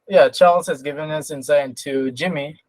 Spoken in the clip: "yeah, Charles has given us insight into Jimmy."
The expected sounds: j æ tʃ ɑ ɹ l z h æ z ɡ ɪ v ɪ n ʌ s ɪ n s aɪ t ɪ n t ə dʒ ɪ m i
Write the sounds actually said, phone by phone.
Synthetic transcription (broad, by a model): j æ tʃ ɑ ɹ l z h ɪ z ɡ ɪ v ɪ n ʌ s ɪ n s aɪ ɪ n t ə dʒ ɪ m i